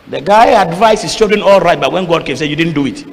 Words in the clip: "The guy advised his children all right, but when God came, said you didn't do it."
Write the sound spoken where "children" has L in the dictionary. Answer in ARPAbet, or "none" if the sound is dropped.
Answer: none